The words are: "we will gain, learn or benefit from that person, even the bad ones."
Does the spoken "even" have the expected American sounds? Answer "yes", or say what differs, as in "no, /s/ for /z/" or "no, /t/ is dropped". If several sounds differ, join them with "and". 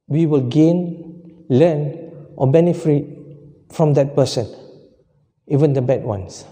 yes